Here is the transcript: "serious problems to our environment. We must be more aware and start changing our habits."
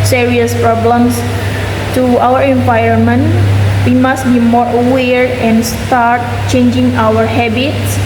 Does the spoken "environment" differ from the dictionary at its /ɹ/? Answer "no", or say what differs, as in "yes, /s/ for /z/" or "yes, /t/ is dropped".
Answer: yes, /ɹ/ is dropped